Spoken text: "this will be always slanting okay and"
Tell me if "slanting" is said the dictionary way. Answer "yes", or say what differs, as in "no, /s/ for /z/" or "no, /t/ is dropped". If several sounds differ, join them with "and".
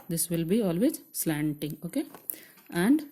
yes